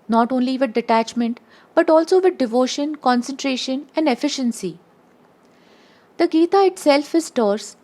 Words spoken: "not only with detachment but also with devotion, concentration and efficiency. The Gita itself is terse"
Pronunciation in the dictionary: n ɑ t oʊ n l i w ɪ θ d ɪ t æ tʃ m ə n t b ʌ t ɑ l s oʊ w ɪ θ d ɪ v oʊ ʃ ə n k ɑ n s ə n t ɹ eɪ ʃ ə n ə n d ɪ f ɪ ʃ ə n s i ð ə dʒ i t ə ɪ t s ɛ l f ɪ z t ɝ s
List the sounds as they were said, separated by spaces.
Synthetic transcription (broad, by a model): n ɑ t oʊ n l i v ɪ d d ɪ t æ tʃ m ə n t b ʌ t ɑ l s oʊ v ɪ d d ɪ v oʊ ʃ ə n k ɑ n s ə n t ɹ eɪ ʃ ə n ə n d ɪ f ɪ ʃ ə n s i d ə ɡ i t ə ɪ t s ɛ l f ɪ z t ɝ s